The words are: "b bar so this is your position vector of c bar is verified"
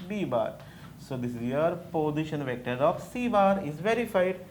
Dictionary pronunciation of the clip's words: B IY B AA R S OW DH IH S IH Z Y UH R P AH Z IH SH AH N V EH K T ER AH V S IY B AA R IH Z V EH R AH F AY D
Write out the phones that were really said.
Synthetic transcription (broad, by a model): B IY B AA R S OW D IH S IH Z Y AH R P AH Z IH SH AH N V EH K T ER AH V S IY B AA R IH Z V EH R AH F AY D